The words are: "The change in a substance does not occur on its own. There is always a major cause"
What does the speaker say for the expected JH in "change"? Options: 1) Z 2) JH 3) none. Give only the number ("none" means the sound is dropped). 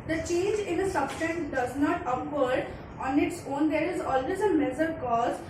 2